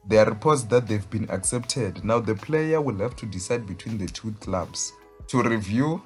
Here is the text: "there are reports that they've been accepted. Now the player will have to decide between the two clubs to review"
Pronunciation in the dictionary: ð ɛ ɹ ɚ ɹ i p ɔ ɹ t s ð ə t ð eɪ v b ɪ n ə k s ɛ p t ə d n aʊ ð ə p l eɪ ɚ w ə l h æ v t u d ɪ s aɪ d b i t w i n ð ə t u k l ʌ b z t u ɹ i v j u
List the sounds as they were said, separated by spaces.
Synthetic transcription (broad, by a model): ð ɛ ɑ ɹ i p ɔ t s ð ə t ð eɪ v b ɪ n ə k s ɛ p t ə d n aʊ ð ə p l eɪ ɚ w ə l h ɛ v t u d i s aɪ d b i t w i n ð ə t u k l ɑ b s t u ɹ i v j u